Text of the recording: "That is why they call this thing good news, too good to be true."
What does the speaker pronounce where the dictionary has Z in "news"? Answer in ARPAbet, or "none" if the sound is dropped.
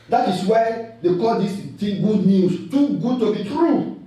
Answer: S